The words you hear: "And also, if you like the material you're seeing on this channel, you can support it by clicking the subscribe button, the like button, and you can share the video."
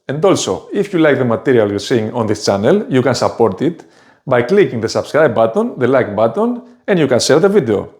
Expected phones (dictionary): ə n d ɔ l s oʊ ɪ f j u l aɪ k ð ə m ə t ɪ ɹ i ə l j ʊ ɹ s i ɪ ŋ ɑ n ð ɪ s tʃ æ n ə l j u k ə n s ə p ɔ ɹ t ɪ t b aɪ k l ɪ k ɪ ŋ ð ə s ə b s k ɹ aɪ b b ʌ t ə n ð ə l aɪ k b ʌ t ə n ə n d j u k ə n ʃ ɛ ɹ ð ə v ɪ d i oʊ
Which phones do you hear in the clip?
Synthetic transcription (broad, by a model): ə n d ɔ l s oʊ ɪ f j u l aɪ k ð ə m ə t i ɹ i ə l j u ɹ s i ŋ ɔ n ð ɪ s tʃ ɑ n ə l j u k ə n s ə p ɔ ɹ t ɪ t b aɪ k l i k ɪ ŋ ð ə s ə b s k ɹ aɪ b b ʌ t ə n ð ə l aɪ k b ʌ t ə n ə n d j u k ə n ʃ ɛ l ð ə v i d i oʊ